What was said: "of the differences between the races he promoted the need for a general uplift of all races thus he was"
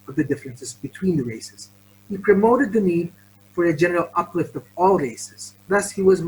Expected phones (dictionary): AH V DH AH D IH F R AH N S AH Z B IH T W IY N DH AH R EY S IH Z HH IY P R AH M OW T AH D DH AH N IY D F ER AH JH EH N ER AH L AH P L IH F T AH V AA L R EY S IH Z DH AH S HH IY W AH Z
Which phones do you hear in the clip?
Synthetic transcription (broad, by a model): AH V DH AH D IH F R AH N S AH Z B IH T W IY N DH AH R EY S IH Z HH IY P R AH M OW T AH D DH AH N IY D F ER AH JH EH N ER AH L AH P L IH F T AH V AA L R EY S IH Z DH AH S HH IY W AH Z